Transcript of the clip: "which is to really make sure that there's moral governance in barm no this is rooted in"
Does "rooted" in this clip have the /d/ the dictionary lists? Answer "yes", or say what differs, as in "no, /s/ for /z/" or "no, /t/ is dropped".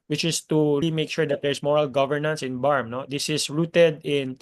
yes